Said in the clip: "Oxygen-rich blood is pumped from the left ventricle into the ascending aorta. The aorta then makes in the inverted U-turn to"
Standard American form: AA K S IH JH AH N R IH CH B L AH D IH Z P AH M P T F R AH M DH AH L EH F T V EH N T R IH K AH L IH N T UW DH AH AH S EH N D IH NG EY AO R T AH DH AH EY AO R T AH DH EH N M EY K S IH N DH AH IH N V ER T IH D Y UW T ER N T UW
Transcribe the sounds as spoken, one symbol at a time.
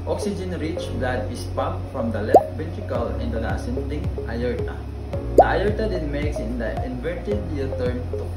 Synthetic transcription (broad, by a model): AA K S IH JH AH N R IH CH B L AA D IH S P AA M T F R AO M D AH L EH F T B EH T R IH K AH L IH N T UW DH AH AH S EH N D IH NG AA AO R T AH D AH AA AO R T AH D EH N M EY K S IH N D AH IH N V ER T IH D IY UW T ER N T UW